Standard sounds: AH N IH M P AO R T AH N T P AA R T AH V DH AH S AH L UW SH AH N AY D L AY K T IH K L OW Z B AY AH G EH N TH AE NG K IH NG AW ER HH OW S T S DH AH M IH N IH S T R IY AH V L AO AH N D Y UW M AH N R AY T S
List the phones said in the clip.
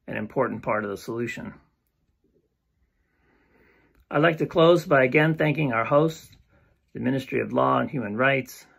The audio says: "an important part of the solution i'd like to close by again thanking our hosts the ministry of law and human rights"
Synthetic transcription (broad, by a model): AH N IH M P AO R T N P AA R T AH V DH AH S AH L UW SH AH N AY L AY K T IH K L OW Z B AY AH G EH N TH AE NG K IH NG AW ER HH OW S S DH AH M IH N IH S T R IY AH V L AO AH N Y UW M AH N R AY T S